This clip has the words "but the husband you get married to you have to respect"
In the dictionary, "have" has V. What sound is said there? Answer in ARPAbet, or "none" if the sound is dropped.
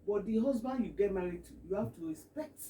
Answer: F